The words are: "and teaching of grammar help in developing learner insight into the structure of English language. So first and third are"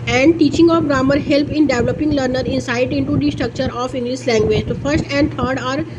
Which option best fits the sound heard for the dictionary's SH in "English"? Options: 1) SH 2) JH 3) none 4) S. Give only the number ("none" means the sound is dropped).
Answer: 4